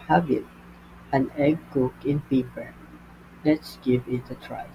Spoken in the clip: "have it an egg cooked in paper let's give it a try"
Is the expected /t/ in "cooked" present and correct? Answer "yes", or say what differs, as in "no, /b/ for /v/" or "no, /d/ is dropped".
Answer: no, /t/ is dropped